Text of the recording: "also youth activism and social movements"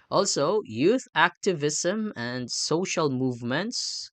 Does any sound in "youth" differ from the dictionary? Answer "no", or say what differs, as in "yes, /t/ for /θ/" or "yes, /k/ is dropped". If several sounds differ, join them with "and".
no